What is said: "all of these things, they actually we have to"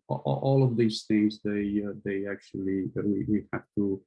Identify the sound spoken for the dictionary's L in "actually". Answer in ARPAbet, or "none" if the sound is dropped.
W